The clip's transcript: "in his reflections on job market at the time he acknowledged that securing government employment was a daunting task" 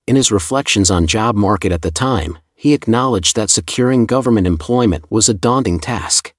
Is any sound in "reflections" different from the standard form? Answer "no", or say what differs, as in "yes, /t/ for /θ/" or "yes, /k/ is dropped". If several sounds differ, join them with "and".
no